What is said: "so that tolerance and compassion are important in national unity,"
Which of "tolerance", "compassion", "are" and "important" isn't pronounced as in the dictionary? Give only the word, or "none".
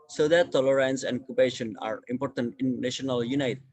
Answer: compassion